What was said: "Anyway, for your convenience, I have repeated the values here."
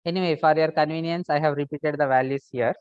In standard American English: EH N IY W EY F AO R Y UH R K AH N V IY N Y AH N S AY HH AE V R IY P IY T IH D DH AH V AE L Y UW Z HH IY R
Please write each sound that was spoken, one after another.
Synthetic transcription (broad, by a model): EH N IY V EY F AO R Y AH R K AH N V IY N Y AH N S AY HH AE V R IY P IY T IH D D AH V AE L Y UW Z HH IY R